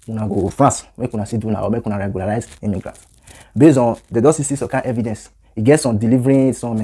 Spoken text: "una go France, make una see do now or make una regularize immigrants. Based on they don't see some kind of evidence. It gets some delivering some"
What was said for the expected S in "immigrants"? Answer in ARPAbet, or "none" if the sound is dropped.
none